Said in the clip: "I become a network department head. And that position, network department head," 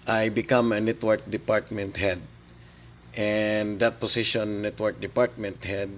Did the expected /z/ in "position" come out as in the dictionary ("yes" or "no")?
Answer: no